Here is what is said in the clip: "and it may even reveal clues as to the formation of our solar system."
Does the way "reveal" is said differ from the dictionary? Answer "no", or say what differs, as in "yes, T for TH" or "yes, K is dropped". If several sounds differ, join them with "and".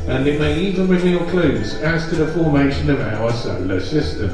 yes, N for L